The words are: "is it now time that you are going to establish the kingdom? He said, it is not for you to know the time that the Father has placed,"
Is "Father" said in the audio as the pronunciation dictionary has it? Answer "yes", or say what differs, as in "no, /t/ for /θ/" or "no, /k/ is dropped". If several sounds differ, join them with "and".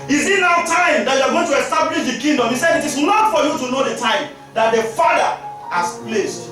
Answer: no, /ð/ is dropped